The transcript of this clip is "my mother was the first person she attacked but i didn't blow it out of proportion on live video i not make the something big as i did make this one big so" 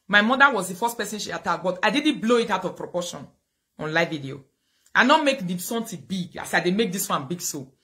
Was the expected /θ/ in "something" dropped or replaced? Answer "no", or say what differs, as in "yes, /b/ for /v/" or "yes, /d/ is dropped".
yes, /t/ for /θ/